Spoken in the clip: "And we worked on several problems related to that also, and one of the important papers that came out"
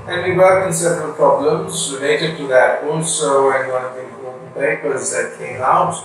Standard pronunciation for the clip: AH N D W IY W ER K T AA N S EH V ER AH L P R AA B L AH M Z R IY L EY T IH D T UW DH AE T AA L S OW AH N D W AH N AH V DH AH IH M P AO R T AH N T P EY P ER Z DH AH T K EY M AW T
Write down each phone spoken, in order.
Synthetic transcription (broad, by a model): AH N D W IY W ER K IH N S EH V ER AH L P R AA B L AH M Z R IY L EY T IH D T UW DH AE T AA L S OW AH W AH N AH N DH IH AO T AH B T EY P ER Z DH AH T K EY M AW T